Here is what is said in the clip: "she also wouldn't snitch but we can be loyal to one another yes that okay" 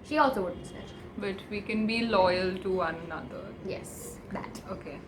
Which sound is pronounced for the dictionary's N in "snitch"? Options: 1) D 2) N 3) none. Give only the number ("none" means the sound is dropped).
3